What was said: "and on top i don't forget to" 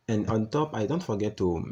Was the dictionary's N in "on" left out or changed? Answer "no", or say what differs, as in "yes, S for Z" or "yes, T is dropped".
no